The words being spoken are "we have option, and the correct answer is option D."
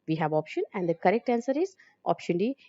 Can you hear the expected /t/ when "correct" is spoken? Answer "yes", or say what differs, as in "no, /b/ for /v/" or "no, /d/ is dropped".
yes